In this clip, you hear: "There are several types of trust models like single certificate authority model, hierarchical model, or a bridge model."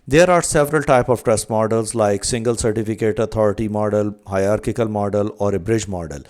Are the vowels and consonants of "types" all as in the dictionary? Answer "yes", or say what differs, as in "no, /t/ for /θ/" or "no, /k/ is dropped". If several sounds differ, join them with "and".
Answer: no, /s/ is dropped